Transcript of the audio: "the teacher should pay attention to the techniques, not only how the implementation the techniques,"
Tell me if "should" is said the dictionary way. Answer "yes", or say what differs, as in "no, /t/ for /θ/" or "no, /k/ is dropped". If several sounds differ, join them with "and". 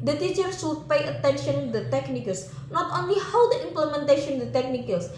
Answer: no, /s/ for /ʃ/